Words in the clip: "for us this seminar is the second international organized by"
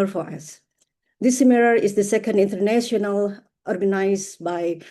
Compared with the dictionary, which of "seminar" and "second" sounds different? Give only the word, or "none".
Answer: seminar